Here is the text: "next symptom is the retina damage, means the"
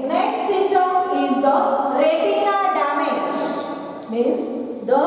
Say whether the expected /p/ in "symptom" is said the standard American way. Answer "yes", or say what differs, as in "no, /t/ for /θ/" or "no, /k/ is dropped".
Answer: no, /p/ is dropped